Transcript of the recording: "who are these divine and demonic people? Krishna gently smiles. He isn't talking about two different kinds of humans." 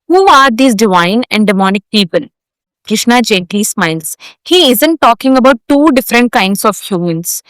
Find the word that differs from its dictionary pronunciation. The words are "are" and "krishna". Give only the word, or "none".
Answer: none